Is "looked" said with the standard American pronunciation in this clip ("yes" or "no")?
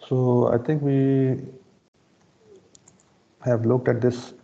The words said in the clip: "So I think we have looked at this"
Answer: yes